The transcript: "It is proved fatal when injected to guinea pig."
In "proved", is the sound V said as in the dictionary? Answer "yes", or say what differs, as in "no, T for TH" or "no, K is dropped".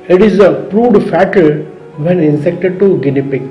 no, V is dropped